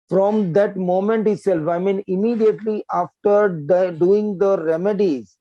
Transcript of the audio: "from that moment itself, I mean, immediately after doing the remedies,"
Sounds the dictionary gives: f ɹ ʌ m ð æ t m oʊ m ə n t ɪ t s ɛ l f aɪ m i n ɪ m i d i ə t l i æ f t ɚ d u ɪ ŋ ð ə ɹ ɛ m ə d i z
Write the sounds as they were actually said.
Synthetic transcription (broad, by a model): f ɹ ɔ m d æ t m oʊ m ə n t ɪ t s ɛ l f aɪ m i n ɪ m i d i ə t l i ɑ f t ɚ d u ɪ ŋ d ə ɹ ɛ m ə d i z